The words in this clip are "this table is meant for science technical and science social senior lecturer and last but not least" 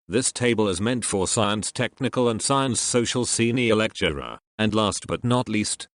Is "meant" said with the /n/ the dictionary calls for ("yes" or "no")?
yes